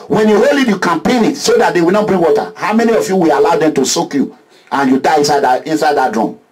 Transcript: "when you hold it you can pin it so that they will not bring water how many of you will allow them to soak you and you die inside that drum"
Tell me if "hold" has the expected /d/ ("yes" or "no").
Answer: no